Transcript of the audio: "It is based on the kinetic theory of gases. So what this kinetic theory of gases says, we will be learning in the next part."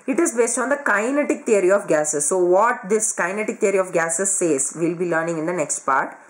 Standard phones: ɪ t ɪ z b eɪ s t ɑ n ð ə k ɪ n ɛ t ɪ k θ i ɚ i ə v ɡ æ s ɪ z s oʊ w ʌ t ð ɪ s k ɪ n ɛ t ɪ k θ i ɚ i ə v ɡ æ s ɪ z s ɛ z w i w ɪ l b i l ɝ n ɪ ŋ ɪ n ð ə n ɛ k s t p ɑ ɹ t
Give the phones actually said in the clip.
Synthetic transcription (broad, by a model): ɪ t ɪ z b eɪ s t ɑ n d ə k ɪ n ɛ t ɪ k t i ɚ i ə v ɡ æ s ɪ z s oʊ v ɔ t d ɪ s k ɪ n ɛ t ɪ k t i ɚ i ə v ɡ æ s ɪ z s ɛ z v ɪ l b i l ɝ n ɪ ŋ ɪ n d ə n ɛ k s t p ɑ ɹ t